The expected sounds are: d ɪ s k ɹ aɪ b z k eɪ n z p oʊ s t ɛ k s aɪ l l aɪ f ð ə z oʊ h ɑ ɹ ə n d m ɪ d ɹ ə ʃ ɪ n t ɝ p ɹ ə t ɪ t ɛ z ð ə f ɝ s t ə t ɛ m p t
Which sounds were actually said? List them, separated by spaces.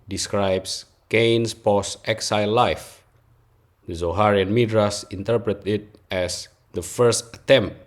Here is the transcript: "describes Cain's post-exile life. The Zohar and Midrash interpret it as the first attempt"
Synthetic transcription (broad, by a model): d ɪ s k ɹ aɪ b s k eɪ n s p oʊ s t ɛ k s aɪ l l aɪ f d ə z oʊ h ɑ ɹ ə n m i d ɹ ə s ɪ n t ɝ p ɹ ə t ɪ t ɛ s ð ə f ɝ s t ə t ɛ m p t